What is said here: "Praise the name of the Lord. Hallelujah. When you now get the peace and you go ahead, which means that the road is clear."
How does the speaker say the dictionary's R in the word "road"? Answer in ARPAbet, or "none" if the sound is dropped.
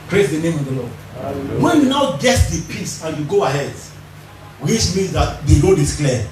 L